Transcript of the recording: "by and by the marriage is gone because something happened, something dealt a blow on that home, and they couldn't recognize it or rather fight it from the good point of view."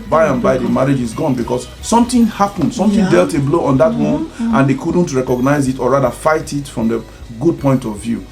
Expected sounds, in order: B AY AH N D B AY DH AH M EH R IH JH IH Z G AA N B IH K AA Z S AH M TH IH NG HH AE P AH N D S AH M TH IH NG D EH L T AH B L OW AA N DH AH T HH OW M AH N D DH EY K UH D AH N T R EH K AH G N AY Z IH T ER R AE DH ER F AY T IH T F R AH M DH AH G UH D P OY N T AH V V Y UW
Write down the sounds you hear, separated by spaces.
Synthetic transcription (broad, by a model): B AY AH N B AY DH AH M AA R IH JH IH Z G AA N B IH K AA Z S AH M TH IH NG HH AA P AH N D S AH M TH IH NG D EH L T AH B L OW AA N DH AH T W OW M AH N D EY K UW D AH N T R EH K AH G N AY Z IH T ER R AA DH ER F AY T IH T F R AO M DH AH G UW D P OY N T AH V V Y UW